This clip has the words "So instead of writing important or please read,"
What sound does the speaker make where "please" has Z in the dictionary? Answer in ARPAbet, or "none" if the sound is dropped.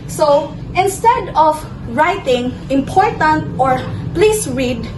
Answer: S